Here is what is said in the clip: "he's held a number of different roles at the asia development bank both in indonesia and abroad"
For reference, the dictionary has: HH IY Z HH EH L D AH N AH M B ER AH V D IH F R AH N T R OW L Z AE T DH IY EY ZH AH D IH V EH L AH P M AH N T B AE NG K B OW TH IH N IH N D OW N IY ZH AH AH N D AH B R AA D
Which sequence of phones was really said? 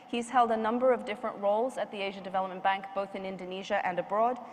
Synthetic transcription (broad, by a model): HH IY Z HH EH L D AH N AH M B ER AH V D IH F R AH N T R OW L Z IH T DH IY EY ZH AH D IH V EH L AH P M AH N B AE NG K B OW TH IH N IH N D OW N IY ZH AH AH N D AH B R AA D